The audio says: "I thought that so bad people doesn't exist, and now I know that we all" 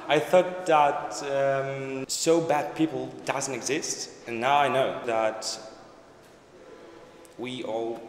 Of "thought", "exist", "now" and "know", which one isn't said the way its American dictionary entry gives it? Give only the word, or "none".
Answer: none